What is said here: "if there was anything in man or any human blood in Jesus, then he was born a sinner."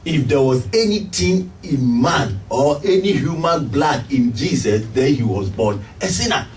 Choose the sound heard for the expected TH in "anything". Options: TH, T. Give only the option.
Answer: T